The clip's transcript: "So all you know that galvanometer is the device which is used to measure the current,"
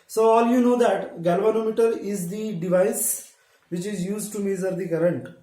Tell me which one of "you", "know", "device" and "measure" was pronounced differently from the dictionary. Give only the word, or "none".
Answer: measure